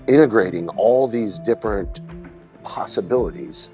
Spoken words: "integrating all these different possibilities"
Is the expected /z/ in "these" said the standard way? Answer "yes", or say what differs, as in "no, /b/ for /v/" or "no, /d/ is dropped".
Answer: yes